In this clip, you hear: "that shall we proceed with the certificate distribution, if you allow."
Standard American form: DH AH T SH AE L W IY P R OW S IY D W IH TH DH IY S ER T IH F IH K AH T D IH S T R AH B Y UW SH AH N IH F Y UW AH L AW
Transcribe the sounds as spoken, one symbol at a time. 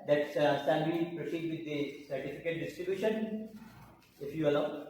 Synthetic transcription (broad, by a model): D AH T S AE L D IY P R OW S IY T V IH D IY S ER T IH F IH K AH T D IH S T R AH B Y UW SH AH N IH F Y UW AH L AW